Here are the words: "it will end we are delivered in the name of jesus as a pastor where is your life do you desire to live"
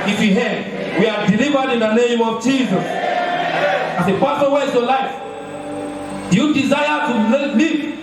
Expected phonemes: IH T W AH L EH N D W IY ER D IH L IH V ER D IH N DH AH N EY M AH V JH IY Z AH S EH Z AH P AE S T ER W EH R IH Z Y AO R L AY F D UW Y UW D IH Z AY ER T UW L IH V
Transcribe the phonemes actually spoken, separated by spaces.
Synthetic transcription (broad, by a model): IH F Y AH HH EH D W IY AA D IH L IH V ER D IH N DH AH N EY M AH V JH IY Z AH S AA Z AH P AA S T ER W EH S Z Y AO L AY F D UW Y UW D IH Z AY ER T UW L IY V